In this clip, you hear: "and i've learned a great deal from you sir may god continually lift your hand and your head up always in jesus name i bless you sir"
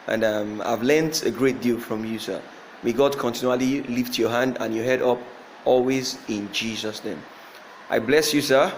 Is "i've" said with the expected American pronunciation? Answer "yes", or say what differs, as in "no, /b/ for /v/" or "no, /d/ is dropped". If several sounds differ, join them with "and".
yes